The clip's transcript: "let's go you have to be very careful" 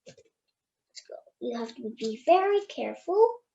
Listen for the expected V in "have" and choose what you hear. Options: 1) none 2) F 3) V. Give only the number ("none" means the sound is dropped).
2